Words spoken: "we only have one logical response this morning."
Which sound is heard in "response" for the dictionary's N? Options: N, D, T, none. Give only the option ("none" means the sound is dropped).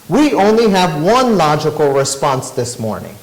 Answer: N